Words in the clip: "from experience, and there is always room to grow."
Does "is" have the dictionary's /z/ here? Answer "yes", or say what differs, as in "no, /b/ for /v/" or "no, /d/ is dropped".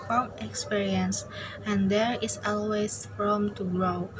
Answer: no, /s/ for /z/